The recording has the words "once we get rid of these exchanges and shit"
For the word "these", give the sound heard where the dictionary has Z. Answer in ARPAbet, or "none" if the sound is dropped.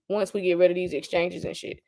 Z